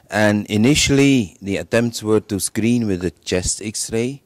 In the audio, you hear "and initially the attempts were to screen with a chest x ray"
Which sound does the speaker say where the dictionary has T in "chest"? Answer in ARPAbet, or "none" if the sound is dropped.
T